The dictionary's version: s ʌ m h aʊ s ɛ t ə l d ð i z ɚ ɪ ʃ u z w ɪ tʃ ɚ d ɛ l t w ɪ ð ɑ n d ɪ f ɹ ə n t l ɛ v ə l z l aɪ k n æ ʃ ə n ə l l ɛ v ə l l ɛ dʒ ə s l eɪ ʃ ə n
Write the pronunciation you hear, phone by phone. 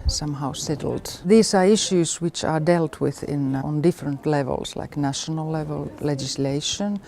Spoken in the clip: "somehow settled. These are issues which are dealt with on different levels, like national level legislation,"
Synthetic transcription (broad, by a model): s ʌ m h aʊ s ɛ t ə l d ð i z ɚ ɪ ʃ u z w ɪ tʃ ɚ d ɛ l t w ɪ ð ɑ n d ɪ f ɹ ə n t l ɛ v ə l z l aɪ k n æ ʃ ə n ə l l ɛ v ə l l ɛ dʒ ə s l eɪ ʃ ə n